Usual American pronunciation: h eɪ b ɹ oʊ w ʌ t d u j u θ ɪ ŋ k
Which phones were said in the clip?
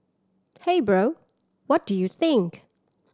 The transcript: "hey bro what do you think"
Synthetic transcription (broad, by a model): h eɪ b ɹ oʊ w ʌ t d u j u θ ɪ ŋ k